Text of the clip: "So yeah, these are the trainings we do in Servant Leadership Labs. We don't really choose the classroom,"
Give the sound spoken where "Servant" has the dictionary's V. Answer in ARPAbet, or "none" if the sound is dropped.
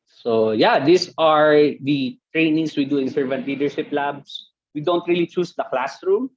V